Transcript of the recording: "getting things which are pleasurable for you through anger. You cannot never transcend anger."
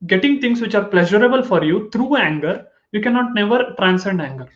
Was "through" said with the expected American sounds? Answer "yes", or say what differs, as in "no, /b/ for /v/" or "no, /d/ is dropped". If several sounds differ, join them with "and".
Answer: no, /t/ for /θ/